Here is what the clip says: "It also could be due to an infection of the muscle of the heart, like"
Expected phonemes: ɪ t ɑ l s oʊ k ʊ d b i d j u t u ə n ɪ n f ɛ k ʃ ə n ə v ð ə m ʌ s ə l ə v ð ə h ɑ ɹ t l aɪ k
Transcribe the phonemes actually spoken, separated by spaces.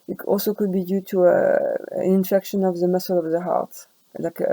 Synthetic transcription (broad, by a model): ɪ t ɑ l s oʊ k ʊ d b i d j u t u ə n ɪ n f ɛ k ʃ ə n ə v ð ə m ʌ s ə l ə v ð ə h ɑ ɹ t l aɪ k